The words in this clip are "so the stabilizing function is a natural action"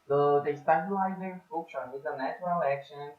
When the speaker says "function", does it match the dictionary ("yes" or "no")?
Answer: no